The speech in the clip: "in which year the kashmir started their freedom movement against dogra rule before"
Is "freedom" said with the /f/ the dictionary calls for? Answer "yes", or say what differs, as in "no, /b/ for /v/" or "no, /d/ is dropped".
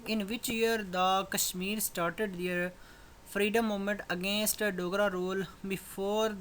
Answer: no, /p/ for /f/